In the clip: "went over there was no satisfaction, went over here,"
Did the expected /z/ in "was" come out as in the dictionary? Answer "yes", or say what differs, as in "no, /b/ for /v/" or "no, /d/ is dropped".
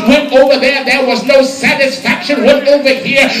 yes